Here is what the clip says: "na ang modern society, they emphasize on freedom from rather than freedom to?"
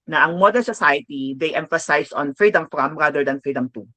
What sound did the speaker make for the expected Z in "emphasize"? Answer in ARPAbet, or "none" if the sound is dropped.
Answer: S